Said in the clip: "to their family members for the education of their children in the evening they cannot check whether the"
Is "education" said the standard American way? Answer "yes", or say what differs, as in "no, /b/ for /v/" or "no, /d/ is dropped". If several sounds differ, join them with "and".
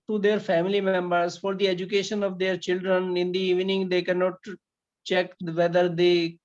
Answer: yes